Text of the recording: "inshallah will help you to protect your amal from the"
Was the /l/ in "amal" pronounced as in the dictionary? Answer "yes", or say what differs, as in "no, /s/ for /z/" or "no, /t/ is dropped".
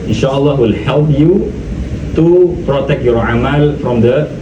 yes